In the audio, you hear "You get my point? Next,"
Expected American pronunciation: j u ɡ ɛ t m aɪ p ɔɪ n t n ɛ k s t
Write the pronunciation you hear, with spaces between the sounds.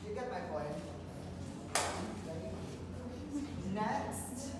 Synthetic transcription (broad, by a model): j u ɡ ɛ t m aɪ b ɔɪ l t n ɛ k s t